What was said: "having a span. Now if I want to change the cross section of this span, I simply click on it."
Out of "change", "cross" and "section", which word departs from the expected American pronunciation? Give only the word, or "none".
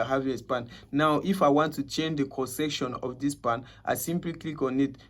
cross